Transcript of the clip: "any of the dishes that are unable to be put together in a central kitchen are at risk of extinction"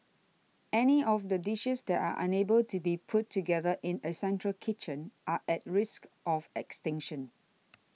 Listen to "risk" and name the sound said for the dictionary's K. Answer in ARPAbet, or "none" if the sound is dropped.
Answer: K